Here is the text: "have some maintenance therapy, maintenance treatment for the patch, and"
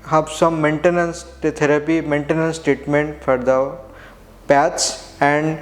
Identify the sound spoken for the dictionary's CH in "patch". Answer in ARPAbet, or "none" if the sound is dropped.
S